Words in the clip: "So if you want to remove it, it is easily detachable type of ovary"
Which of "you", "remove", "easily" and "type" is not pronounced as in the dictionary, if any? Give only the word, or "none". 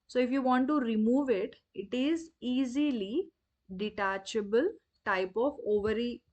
none